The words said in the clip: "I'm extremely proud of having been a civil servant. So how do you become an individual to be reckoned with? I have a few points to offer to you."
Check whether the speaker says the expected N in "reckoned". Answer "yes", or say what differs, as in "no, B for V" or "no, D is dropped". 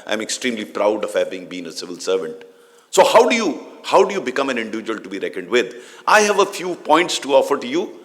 yes